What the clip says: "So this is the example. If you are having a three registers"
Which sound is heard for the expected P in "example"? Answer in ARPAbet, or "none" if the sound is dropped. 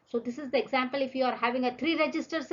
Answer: P